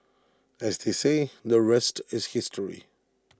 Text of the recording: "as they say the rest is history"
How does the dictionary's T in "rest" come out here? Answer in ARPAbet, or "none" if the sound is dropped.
T